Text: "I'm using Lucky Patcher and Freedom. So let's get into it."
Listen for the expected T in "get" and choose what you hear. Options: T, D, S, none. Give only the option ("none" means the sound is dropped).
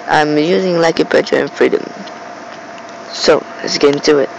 none